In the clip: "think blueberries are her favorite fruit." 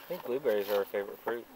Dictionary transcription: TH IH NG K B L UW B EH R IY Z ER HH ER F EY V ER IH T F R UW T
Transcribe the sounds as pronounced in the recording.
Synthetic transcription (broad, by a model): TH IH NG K B L UW B EH R IY Z ER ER F EY V ER IH T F R UW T